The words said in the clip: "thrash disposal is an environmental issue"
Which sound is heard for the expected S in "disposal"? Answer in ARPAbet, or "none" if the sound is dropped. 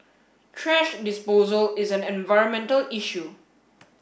S